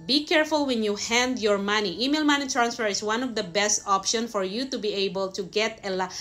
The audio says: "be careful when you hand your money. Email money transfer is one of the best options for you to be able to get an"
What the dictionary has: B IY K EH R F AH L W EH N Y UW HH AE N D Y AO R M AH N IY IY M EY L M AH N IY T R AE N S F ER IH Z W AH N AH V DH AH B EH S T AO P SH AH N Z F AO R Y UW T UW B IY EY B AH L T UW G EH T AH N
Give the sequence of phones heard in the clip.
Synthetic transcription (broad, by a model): B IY K EH R F AH L W EH N Y UW HH AE N D Y AO R M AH N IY IY M EY L M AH N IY T R AE N S F ER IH S W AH N AH V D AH B EH S T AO P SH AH N F AO R Y UW T UW B IY EY B AH L T UW G EH T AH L